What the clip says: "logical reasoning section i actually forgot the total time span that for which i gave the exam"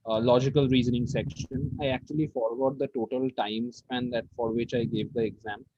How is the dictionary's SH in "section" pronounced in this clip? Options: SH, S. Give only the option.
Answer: SH